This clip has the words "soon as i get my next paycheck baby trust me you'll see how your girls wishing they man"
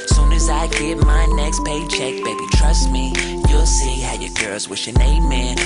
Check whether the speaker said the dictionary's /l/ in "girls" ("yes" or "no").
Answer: yes